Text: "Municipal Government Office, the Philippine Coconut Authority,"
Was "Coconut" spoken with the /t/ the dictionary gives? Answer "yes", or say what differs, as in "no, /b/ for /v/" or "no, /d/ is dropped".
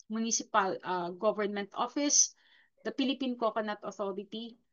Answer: yes